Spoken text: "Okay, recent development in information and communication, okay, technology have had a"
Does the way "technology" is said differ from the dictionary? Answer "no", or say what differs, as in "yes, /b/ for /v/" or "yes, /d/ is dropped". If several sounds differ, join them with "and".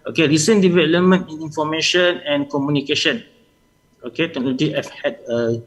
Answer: yes, /k/ is dropped and /dʒ/ is dropped